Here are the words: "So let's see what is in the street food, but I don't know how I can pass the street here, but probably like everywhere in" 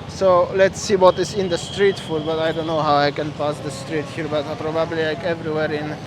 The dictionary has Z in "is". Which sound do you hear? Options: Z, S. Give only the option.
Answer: S